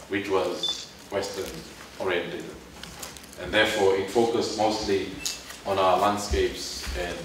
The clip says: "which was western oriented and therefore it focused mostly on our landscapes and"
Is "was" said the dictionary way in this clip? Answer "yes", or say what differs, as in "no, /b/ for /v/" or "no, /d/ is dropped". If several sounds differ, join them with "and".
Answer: yes